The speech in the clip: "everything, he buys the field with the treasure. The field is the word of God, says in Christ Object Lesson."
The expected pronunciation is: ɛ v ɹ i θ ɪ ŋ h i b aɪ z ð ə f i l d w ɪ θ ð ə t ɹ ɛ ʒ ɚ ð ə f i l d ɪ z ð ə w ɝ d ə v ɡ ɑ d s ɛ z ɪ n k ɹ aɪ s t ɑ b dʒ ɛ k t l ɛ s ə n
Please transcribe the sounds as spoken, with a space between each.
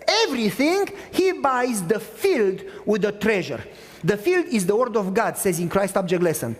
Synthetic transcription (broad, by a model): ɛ v ɹ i θ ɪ ŋ h i b aɪ z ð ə f i l d w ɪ ð ə t ɹ ɛ ʒ ɚ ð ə f i l d ɪ z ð ə w ɝ d ə v ɡ ɑ d s ɛ z ɪ n k ɹ aɪ s t ɑ b dʒ ɛ k t l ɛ s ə n